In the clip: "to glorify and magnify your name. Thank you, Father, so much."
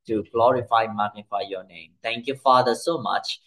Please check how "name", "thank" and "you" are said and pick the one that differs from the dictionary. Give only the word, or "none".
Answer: thank